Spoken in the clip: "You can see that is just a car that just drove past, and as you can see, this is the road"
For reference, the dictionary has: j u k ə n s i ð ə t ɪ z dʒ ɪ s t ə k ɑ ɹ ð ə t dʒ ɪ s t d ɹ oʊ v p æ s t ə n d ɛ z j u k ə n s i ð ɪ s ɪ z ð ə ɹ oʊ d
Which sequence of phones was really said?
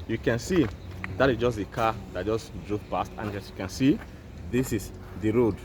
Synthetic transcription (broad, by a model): j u k ə n s i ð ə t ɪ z dʒ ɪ s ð ə k ɑ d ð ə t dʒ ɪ s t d ɹ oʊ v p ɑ s t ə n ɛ s j u k ə n s i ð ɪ s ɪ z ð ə ɹ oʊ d